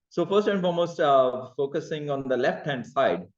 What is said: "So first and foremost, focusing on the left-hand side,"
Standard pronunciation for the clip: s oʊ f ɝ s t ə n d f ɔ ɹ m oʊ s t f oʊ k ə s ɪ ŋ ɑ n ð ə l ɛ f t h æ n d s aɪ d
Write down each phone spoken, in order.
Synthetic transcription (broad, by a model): s oʊ f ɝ s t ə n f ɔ l m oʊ s t f oʊ k ə s ɪ ŋ ɑ n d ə l ɛ f t h æ n d s aɪ d